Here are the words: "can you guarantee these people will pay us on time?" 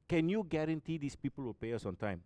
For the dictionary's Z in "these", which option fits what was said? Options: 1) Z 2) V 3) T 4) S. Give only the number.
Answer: 4